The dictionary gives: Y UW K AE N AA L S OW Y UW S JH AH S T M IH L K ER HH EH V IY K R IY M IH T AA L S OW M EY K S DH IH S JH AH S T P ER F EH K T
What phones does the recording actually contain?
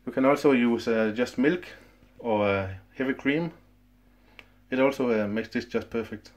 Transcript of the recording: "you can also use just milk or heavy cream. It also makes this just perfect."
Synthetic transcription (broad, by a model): Y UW K AE N AA L S OW Y UW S JH AH S T M IH L K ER HH EH V IY K R IY M IH T AA L S OW M EY K S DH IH S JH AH S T P ER F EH K T